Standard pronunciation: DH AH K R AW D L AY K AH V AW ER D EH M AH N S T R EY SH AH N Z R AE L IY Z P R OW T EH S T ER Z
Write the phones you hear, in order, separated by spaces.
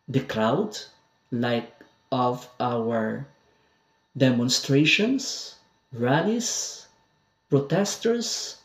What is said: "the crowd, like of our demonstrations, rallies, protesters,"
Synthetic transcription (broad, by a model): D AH K R AW D L AY K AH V AW ER D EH M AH N S T R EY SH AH N S R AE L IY S P R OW T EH S T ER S